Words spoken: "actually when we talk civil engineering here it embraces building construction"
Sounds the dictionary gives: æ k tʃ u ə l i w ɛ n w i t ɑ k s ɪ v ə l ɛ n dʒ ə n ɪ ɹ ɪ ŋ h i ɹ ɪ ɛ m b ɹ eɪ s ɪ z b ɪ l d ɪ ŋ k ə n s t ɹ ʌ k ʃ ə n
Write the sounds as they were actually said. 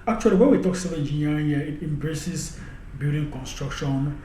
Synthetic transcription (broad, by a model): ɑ k tʃ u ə l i w ɛ n w i t ɑ k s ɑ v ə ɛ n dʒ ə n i ɪ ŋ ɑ ɪ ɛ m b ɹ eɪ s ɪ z b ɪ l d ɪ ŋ k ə n s t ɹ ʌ k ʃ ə n